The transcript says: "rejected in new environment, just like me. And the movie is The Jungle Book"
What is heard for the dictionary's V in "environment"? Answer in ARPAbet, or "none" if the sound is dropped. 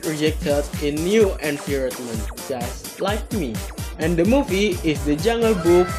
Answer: P